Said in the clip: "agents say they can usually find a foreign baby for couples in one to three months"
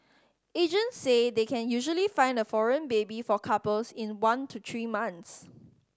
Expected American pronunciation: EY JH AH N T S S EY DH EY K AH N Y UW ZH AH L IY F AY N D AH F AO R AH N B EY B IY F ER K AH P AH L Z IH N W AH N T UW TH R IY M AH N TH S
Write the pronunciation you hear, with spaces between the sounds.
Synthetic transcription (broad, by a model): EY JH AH N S S EY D EY K AH N Y UW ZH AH L IY F AY N D AH F AO R AH N B EY B IY F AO K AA P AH L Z IH N W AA N T UW T R IY M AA N S